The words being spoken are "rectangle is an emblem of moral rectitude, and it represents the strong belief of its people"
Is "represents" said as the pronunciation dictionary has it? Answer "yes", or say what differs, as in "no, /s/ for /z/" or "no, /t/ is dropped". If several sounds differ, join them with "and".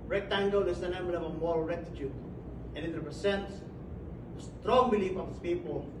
no, /s/ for /z/